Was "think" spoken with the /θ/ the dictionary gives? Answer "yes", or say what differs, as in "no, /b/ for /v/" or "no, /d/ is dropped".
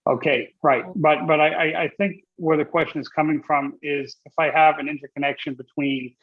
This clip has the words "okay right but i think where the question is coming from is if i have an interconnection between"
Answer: yes